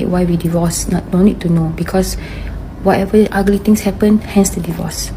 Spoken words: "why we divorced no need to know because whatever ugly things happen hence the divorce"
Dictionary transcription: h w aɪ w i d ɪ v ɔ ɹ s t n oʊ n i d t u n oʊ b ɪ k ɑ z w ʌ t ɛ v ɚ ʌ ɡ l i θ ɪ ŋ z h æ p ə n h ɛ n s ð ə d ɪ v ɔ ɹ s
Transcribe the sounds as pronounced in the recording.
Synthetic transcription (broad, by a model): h w aɪ w i d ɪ v ɔ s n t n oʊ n i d t u n oʊ b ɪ k ɑ s w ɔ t ɛ v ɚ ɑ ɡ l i t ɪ ŋ s h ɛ p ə n h ɛ n s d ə d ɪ v ɔ s